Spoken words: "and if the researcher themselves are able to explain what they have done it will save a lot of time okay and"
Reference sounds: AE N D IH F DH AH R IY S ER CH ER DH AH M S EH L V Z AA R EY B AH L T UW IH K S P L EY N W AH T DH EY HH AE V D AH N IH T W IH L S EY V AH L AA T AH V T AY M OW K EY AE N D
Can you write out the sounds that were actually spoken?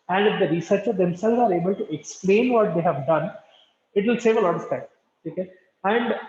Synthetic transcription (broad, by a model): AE N D IH F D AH R IY S ER CH ER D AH M S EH L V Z AA R EY B AH L T UW IH K S P L EY N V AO T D EY HH AE V D AH N IH T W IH L S EY V AH L AA T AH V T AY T OW K EY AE N D